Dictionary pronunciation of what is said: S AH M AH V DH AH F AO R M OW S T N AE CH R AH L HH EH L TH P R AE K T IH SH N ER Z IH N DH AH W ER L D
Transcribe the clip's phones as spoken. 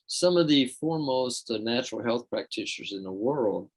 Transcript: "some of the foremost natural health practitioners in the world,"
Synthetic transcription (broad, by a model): S AH M AH V DH AH F AO R M OW S T N AE CH R L HH EH L TH P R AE K T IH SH ER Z IH N DH AH W ER L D